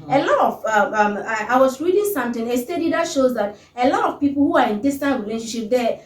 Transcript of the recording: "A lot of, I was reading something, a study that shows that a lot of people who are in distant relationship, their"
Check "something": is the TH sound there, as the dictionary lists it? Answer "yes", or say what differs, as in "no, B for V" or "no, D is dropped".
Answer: no, T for TH